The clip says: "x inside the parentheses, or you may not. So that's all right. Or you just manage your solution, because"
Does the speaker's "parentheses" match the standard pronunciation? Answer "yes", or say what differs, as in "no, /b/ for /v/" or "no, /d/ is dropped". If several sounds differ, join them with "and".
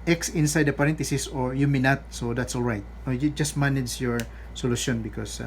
no, /t/ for /θ/ and /s/ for /z/